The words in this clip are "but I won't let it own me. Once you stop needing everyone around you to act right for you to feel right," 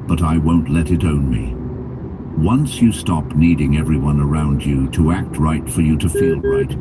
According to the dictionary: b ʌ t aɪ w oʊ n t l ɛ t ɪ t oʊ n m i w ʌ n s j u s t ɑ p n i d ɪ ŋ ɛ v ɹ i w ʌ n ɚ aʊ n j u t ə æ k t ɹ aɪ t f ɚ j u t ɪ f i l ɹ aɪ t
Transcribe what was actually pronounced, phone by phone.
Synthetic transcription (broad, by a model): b ʌ t aɪ w oʊ n t l ɛ t ɪ t oʊ n m i w ʌ n s j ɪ s t ɑ p n i d ɪ ŋ ɛ v ɹ i w ʌ n ɚ aʊ n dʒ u t ə æ k t ɹ aɪ t f ɚ j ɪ t ɪ f i l ɹ aɪ t